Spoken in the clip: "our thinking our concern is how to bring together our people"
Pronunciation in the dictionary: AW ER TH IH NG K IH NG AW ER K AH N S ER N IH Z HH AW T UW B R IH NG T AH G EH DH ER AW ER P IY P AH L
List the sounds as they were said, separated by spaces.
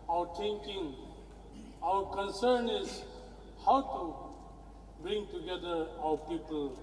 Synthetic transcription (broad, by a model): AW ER T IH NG K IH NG AW ER K AH N S ER N IH Z HH AW T UW B R IH NG T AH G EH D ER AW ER P IY P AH L